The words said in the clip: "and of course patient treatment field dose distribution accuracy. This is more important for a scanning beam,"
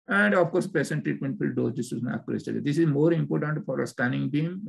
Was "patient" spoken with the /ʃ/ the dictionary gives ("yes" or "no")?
no